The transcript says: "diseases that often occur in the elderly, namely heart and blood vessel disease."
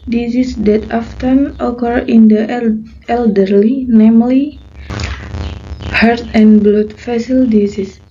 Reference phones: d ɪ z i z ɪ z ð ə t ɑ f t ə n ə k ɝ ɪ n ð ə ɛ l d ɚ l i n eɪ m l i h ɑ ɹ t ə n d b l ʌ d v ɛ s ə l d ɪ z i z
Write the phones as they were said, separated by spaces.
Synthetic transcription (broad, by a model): d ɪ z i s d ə t ɑ f t ə n ə k ɝ ɪ n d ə ɛ l d ɚ l i n eɪ m l i h ɑ ɹ t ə n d b l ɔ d f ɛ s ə l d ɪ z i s